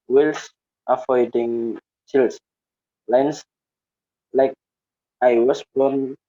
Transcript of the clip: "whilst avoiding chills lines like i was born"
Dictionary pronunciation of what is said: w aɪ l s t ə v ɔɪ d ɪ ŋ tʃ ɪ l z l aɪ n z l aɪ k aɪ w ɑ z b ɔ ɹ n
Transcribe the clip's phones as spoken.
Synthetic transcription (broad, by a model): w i l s t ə f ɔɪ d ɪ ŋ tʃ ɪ l s l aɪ n s l aɪ k aɪ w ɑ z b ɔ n